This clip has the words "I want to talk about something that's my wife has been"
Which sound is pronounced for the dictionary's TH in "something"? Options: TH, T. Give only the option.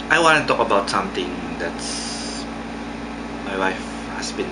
T